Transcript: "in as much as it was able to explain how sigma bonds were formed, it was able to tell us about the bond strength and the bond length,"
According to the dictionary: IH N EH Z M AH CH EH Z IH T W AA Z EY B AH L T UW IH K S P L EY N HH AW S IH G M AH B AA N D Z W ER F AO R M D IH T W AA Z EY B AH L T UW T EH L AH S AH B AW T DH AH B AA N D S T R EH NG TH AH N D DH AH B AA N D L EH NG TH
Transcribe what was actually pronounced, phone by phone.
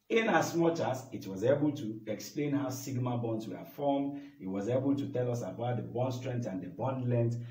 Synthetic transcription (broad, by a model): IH N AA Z M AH CH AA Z IH T W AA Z EY B AH L T UW IH K S P L EY N HH AW S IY G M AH B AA N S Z W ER F AO M IH T W AA Z EY B AH L T UW T EH L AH S AH B AW T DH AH B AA N S T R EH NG T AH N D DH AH B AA N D L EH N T